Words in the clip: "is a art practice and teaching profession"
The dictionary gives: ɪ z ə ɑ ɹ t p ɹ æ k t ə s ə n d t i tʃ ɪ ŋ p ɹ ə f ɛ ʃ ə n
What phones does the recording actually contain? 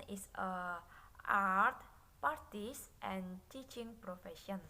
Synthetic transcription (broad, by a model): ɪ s ə ɑ ɹ t p ɑ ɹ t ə s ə n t i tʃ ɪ ŋ p ɹ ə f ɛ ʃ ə n